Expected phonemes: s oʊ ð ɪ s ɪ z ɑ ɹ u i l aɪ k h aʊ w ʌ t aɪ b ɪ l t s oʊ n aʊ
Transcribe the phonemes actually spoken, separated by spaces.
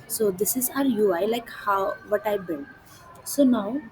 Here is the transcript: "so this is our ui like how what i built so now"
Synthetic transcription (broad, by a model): s oʊ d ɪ s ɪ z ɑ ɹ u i l aɪ k h aʊ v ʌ t aɪ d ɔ n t s oʊ n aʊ